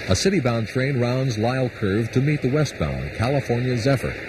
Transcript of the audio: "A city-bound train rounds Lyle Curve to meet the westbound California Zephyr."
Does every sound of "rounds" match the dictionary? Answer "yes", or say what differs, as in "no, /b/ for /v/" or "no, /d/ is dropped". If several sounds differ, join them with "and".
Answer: yes